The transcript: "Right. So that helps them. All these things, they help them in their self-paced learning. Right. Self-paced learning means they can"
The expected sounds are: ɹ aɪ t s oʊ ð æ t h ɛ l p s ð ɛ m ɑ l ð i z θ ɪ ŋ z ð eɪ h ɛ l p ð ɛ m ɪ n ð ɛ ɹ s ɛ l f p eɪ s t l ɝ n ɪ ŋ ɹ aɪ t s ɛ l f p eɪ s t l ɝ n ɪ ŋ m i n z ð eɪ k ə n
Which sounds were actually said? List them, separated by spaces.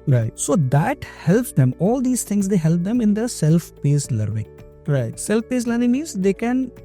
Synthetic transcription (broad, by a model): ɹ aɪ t s oʊ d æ t h ɛ l p s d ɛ m ɑ l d i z t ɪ ŋ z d eɪ h ɛ l p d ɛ m ɪ n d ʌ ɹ s ɛ l f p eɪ s l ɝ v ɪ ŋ ɹ aɪ t s ɛ l f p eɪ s l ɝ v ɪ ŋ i z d eɪ k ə n